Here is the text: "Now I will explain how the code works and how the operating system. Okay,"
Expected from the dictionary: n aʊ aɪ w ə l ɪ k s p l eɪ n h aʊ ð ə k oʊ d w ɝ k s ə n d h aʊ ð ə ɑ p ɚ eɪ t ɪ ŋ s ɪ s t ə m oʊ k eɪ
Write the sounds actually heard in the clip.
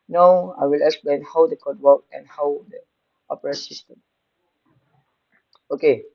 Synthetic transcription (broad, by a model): n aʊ aɪ w ə l ɪ k s p l eɪ n h aʊ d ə k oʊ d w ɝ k ə n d h aʊ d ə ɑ p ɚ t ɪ s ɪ s t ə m oʊ k eɪ